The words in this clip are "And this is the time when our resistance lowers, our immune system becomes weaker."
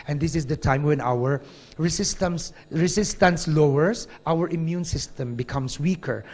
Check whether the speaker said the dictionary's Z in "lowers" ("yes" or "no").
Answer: no